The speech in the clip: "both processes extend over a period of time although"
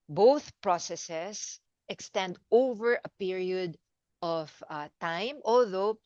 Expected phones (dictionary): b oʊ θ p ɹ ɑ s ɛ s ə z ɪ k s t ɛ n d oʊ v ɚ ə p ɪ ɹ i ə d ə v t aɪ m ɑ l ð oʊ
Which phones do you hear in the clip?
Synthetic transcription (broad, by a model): b oʊ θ p ɹ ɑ s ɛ s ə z ɪ k s t ɛ n d oʊ v ɚ ə p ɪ ɹ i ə d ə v t aɪ m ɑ l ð oʊ